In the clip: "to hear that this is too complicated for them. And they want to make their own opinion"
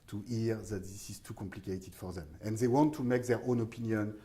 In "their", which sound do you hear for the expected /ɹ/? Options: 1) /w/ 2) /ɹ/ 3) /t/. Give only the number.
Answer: 2